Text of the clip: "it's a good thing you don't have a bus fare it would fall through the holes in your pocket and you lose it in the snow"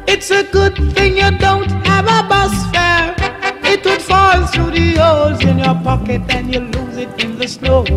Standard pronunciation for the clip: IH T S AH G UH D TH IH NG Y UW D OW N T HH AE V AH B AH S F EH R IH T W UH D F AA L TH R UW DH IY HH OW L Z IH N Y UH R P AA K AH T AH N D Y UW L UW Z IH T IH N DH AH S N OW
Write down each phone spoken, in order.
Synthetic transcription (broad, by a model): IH T S AH G UH D TH IH NG Y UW D OW N T HH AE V AH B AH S F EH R IH T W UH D F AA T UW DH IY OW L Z IH N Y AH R P AA K AH T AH N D Y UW L UW Z IH T IH N DH AH S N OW